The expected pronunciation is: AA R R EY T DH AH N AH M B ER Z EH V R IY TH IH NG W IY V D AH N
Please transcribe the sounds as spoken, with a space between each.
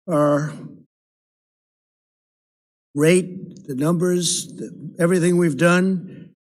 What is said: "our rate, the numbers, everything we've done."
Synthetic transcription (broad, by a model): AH R R EY T DH AH N AH M B ER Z EH V R IY TH IH NG W IY V D AH N